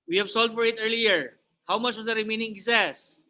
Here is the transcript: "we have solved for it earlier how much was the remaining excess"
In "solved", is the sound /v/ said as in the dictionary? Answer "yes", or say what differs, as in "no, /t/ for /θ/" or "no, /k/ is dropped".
no, /v/ is dropped